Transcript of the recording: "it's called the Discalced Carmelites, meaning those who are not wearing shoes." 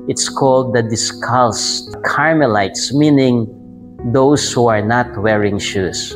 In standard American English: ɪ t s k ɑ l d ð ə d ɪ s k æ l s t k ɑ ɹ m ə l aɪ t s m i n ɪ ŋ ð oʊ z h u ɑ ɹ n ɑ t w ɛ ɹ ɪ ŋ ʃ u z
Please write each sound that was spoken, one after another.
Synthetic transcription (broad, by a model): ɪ t s k ɑ l d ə d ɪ s k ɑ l s k ɑ ɹ m ə l aɪ t s m i n ɪ ŋ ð oʊ s h u ɑ ɹ n ɑ t w ɛ ɹ ɪ ŋ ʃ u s